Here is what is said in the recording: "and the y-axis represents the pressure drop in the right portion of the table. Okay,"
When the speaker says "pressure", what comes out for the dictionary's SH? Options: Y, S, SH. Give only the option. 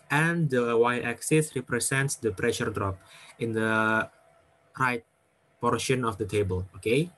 SH